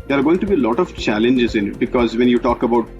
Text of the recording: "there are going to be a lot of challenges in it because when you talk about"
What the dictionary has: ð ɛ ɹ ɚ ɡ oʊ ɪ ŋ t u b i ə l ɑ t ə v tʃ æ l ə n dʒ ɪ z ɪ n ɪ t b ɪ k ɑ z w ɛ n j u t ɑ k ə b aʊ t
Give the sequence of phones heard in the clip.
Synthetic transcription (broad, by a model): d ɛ ɹ ɡ oʊ ɪ ŋ t u b i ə l ɑ t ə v tʃ æ l ə n dʒ ɪ z ɪ n ɪ t b ɪ k ɑ z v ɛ n j u t ɑ k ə b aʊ t